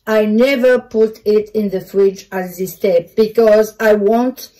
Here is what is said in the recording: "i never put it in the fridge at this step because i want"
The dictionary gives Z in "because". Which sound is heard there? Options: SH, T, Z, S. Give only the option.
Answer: Z